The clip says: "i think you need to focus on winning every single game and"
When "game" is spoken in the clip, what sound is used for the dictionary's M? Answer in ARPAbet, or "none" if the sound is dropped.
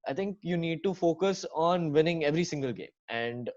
M